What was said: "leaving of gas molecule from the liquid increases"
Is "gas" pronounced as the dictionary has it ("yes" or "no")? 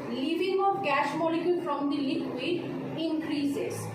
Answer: no